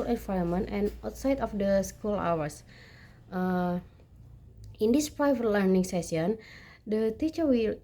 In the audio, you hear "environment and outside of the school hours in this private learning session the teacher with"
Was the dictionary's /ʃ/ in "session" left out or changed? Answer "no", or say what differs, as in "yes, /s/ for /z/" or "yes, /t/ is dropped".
yes, /s/ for /ʃ/